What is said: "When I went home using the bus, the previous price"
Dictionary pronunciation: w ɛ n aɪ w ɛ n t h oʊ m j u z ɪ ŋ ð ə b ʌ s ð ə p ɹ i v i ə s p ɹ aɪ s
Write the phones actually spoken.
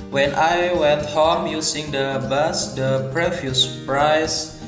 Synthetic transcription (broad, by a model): w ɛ n aɪ w ɛ n t h oʊ m j u s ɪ ŋ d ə b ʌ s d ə p ɹ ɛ f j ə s p ɹ aɪ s